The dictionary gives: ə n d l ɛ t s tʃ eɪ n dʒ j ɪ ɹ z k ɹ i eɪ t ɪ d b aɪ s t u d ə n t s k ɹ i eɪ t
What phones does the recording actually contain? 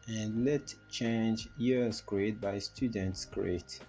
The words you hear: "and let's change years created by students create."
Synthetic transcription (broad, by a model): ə n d l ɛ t tʃ eɪ n dʒ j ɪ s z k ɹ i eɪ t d b aɪ s t u d ə n t s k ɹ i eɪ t